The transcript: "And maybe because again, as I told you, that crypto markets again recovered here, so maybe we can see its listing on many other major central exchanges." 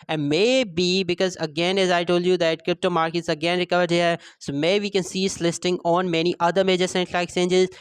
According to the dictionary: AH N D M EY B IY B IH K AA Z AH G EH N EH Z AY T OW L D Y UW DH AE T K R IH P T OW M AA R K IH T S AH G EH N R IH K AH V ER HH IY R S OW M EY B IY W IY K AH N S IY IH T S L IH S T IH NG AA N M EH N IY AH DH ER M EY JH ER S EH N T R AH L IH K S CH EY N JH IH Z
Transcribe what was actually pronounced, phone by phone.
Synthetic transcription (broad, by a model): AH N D M EY B IY B IH K AA Z AH G EH N EH Z AY T OW L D Y UW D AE T K R IH P T OW M AA R K IH T S AH G EH N R IH K AH V ER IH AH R S OW M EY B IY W IY K AH N S IY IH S L IH S T IH NG AA N M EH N IY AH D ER M EY JH ER S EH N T L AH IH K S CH EY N JH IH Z